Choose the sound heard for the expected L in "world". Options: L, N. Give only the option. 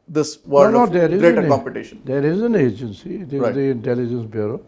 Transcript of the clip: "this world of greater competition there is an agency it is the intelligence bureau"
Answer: N